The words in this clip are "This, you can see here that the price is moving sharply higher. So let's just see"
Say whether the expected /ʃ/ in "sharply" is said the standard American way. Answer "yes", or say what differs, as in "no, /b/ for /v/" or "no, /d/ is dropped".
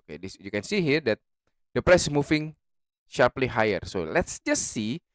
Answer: yes